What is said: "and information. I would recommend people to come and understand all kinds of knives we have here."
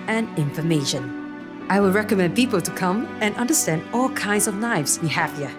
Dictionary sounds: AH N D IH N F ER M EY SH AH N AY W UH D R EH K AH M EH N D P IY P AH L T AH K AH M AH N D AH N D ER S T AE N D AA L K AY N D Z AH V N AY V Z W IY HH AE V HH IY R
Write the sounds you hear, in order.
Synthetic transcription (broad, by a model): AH N IH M F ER M EY SH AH N AY W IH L R EH K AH M EH N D P IY P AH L T AH K AH M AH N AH N D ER S T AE N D AA L K AY N D Z AH V N AY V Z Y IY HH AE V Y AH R